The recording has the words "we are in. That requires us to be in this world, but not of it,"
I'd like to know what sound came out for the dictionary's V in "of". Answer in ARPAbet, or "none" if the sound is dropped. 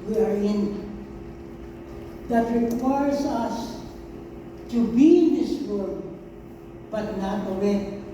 W